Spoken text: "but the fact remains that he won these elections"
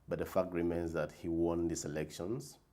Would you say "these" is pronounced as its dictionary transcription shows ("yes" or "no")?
no